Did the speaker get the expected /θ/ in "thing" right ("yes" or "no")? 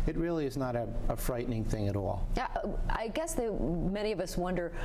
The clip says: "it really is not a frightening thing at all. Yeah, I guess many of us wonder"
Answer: yes